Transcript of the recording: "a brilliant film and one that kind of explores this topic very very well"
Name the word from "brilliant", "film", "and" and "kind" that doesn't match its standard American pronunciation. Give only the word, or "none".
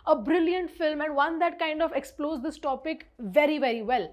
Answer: none